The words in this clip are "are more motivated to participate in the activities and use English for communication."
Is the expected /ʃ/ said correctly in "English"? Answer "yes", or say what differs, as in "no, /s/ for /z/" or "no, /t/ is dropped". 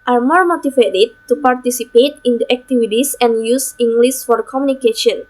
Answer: no, /s/ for /ʃ/